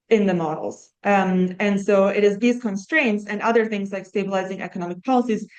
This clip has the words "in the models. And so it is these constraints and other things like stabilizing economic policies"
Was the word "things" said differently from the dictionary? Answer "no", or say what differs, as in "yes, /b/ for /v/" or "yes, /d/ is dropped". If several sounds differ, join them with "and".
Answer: no